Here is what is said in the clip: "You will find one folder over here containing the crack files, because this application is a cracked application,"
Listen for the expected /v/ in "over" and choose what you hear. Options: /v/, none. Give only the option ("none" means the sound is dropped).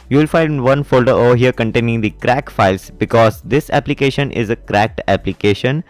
none